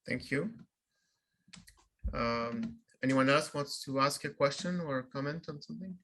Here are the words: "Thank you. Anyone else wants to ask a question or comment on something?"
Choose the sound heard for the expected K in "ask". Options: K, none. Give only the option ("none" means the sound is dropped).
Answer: K